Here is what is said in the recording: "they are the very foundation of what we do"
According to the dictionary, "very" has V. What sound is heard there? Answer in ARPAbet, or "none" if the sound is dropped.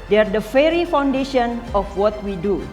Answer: F